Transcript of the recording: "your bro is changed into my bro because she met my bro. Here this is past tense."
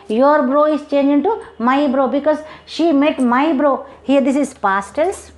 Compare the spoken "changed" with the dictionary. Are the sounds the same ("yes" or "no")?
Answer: no